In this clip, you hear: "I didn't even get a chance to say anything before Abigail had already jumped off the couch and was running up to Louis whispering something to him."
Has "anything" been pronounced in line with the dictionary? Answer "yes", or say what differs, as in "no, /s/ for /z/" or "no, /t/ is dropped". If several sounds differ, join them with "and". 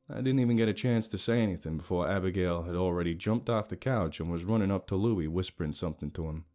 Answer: yes